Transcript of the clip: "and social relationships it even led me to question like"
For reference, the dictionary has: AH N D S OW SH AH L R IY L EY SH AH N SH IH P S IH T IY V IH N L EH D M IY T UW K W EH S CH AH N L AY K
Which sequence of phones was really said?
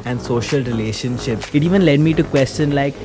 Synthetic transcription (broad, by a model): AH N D S OW SH AH L R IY L EY SH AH N SH IH P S IH T IY V IH N L EH D M IY T UW K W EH S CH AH N L AY K